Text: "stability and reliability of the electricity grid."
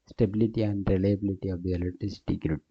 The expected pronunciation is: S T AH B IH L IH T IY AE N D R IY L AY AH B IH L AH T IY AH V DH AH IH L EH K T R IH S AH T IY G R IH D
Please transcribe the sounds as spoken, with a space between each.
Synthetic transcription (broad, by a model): S T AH B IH L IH T IY AE N D R IY L AY AH B IH L AH T IY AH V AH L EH T IH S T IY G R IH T